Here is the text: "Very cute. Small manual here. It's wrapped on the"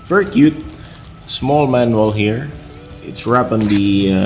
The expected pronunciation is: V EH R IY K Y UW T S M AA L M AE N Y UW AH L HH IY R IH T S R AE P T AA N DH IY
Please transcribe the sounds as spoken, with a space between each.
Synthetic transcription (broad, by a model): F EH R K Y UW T S M AA L M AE N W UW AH L HH IY R IH T S R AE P AA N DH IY